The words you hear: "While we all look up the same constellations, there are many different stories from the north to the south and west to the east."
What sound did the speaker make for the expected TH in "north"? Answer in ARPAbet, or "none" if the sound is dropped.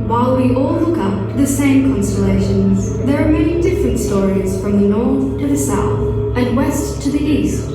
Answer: TH